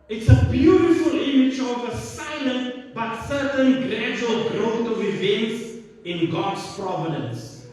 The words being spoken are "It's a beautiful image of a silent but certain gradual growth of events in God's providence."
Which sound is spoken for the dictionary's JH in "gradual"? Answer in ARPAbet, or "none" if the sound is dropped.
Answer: JH